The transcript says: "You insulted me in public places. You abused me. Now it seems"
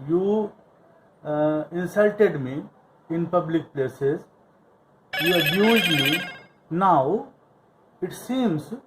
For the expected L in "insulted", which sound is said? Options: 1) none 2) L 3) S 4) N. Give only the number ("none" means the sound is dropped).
2